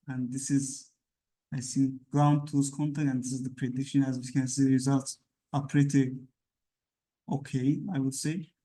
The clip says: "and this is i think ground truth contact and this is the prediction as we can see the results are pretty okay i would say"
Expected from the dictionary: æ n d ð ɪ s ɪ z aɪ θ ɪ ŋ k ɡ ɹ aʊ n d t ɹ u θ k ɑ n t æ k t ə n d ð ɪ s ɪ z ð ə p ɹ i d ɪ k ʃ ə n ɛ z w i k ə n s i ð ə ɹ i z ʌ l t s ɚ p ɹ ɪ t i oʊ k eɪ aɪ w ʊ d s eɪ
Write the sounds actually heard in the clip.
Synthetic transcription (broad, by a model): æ n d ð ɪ s ɪ z aɪ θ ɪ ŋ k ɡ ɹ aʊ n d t u s k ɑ n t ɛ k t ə n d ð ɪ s ɪ z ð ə p ɹ i d ɪ k ʃ ə n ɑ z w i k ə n s i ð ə ɹ i z ʌ l t s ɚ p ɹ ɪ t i oʊ k eɪ aɪ w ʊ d s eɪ